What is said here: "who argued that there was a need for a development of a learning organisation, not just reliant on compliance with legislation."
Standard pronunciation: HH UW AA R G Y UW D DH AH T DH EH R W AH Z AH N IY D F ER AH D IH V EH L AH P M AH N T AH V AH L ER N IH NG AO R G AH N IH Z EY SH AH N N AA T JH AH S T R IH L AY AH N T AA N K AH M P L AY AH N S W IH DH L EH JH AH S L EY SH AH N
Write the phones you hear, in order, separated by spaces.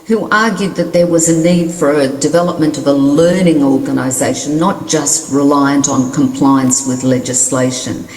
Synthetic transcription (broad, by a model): HH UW AA R G Y UW D DH AH T DH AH R W AH Z AH N IY D F ER AH D IH V EH L AH P M AH N T AH V AH L ER N IH NG AO R G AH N IH Z EY AH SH N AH T JH AH S T R IH L AY AH N T N K AH M P L AY AH N S W IH DH L EH JH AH S L EY SH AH N